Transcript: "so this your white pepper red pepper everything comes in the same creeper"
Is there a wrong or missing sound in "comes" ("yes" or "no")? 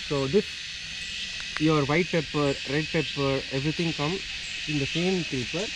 yes